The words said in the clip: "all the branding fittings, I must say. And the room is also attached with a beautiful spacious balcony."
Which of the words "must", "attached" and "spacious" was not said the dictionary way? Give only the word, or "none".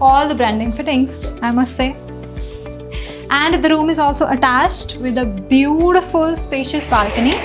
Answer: none